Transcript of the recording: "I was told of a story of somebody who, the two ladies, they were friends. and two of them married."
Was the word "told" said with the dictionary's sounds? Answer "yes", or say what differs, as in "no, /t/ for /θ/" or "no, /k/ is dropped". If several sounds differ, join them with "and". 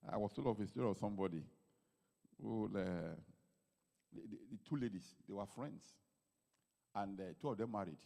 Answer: no, /d/ is dropped